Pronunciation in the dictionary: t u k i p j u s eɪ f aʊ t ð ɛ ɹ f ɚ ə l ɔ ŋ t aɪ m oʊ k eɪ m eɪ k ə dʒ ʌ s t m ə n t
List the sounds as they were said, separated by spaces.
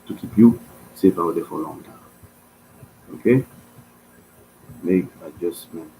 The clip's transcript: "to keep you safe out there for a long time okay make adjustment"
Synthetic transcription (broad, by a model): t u k i p j u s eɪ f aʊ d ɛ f ə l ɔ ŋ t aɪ oʊ k eɪ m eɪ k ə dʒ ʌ s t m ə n